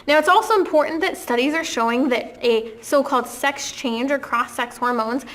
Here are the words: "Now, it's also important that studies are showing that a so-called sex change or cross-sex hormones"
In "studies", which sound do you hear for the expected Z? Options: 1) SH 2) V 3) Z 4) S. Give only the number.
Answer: 3